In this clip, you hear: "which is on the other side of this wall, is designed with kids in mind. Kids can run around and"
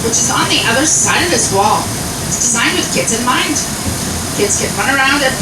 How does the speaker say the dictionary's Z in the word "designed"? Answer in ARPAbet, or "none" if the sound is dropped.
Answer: Z